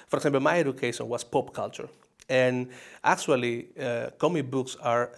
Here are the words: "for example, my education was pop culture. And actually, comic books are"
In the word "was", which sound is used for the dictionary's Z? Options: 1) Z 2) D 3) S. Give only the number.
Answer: 3